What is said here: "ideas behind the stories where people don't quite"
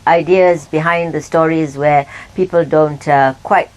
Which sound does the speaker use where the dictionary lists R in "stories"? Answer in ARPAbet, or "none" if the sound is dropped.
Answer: R